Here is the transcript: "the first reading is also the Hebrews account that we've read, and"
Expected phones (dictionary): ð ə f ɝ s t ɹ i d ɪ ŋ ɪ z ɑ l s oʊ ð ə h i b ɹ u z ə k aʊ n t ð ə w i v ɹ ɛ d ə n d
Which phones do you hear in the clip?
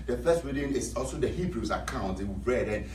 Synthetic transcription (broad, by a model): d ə f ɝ s t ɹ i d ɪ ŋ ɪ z ɑ l s oʊ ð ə h i b ɹ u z ə k aʊ n t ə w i b ɹ ɛ d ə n